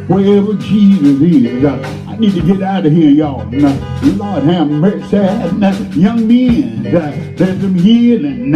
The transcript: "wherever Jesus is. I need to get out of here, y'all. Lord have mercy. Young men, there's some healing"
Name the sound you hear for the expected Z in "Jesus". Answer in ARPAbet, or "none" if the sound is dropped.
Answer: Z